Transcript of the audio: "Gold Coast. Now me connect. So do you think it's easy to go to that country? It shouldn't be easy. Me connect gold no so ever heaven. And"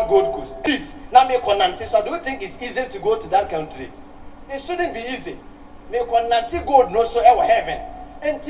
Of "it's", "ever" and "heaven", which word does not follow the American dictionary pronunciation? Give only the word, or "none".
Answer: ever